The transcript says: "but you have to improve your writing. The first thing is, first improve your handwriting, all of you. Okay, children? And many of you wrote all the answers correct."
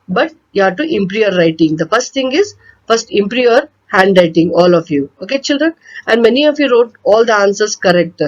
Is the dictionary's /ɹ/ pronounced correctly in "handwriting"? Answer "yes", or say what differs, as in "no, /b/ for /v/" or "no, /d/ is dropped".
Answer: yes